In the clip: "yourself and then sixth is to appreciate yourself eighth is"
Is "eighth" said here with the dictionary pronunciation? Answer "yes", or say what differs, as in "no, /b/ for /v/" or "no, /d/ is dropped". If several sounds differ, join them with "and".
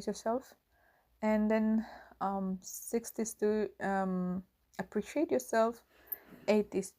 no, /t/ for /θ/